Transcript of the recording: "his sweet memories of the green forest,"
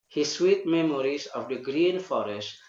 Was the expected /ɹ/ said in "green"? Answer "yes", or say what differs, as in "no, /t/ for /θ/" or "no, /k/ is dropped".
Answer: yes